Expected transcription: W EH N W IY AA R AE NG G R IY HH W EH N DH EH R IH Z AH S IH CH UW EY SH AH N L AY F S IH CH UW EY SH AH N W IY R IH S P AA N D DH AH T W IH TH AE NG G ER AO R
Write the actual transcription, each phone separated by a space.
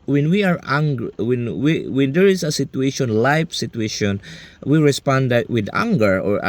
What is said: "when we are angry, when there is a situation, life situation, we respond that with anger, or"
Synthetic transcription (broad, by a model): W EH N W IY AA R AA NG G W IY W W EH N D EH R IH S AH S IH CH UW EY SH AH N L AY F S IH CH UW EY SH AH N W IY R IH S P AA N D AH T W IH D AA NG G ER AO R